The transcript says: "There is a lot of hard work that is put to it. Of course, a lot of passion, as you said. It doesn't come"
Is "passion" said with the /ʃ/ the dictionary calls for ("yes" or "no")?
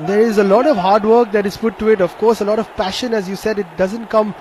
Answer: yes